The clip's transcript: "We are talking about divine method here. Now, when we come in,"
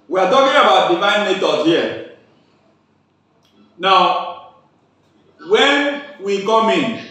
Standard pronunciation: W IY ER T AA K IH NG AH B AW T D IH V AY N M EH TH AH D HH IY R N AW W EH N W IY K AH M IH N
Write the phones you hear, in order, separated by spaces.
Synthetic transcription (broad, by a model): W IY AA T AA K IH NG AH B AW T D IH V AY N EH T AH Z HH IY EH N AW W EH N W IY K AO M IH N